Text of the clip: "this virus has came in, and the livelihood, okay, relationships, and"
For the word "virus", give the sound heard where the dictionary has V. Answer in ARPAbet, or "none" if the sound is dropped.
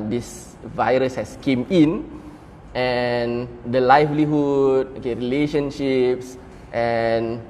V